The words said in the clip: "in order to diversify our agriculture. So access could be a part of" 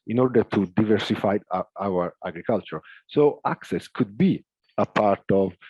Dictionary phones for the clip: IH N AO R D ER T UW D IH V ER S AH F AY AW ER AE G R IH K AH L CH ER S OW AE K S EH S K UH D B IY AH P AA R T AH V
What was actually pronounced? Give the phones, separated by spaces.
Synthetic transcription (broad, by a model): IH N AO R D ER T UW D IH V ER S AH F AY AW ER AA G R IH K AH L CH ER S OW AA K S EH S K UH D B IY AH P AA R T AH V